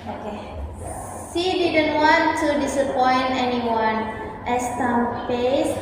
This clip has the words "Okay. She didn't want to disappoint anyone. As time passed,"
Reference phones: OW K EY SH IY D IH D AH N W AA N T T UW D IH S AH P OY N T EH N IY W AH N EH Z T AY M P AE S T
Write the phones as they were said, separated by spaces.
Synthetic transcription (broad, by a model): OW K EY S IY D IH D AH N W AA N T T UW D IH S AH P OY N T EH N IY W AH N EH S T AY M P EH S